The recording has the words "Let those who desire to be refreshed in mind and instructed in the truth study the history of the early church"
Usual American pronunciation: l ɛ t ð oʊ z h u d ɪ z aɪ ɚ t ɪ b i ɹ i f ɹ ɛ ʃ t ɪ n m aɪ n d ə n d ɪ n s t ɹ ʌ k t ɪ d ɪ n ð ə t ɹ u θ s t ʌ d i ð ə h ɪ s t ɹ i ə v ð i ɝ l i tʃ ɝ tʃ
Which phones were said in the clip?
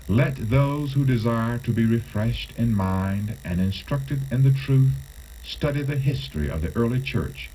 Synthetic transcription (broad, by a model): l ɛ t ð oʊ z h u d ɪ z aɪ ɚ t ɪ b i ɹ i f ɹ ɛ ʃ t ɪ n m aɪ n d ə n ɪ n s t ɹ ʌ k t ɪ d ɪ n ð ə t ɹ u θ s t ʌ d i ð ə h ɪ s t ɹ i ə v ð i ɝ l i tʃ ɝ tʃ